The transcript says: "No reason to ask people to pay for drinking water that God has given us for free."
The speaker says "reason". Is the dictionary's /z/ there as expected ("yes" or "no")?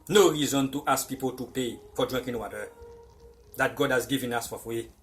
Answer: yes